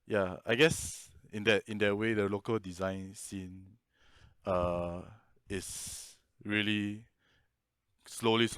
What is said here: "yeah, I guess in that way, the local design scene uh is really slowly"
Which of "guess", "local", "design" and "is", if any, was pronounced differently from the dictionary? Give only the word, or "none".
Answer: is